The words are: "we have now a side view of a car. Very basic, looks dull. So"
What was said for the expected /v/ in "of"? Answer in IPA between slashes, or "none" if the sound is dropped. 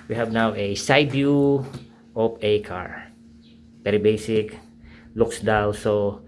/p/